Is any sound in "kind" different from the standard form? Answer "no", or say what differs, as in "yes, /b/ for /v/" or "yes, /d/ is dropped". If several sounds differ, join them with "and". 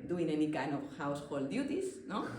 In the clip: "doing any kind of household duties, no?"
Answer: yes, /d/ is dropped